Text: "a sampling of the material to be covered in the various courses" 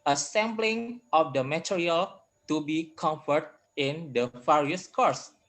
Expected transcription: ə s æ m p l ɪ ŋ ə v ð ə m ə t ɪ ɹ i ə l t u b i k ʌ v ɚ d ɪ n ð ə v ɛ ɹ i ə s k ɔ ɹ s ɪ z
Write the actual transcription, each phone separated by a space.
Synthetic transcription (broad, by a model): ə s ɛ m b l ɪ ŋ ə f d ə m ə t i ɹ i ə l t u b i k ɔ f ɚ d ɪ n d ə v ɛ ɹ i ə s k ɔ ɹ s